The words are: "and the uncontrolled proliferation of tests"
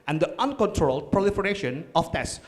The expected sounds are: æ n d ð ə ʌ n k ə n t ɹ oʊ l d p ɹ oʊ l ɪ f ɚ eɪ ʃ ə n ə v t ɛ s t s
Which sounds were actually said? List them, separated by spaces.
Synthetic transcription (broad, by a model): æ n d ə ʌ n k ə n t ɹ oʊ l d p ɹ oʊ l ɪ f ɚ eɪ ʃ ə n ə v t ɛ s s